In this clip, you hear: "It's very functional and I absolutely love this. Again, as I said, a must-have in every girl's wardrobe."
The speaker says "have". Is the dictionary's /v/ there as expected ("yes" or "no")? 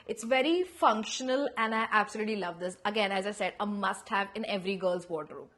yes